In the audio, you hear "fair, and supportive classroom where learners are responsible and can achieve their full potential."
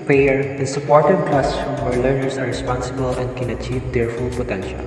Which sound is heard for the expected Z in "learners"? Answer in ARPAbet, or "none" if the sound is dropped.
S